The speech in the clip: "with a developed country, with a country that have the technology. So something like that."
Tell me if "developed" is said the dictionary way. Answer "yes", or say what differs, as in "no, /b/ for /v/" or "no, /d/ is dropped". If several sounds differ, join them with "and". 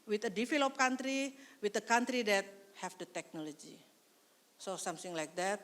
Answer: no, /f/ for /v/